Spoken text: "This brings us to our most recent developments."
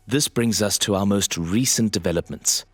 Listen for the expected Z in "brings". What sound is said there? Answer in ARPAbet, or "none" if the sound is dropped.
Z